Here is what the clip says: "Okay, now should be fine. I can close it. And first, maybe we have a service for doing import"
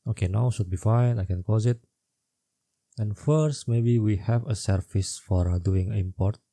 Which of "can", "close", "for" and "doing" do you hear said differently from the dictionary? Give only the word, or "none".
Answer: close